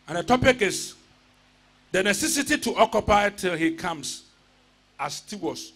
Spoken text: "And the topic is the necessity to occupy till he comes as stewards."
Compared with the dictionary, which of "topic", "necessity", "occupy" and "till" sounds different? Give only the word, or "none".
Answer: none